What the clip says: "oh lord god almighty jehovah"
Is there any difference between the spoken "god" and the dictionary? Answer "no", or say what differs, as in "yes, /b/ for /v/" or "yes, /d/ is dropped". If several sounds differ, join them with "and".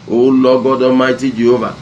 no